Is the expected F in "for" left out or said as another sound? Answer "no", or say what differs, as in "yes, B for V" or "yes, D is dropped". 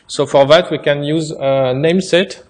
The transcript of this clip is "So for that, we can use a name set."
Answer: no